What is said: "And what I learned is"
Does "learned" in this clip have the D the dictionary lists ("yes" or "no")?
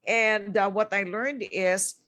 yes